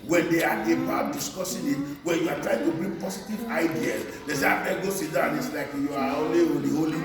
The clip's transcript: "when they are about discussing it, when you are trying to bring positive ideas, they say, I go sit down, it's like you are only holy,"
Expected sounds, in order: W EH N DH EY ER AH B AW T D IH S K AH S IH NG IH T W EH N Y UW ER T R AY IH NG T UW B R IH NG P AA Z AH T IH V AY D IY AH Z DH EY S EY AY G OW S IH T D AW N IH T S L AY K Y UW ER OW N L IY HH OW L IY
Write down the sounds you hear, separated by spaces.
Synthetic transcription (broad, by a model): W EH N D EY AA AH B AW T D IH S K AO S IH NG IH T W EH N Y UW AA T R AY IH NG T UW B R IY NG P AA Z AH T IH V AY D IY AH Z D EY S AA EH G OW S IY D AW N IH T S L AY K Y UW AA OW L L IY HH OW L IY